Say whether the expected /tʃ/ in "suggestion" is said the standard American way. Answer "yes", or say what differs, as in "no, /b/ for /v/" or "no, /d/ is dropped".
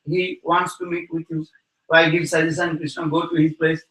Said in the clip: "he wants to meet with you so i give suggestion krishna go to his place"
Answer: no, /tʃ/ is dropped